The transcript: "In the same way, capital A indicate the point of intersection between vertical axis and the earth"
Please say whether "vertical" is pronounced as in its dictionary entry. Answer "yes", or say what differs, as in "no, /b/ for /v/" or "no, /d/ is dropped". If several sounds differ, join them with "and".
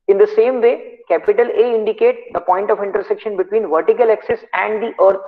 yes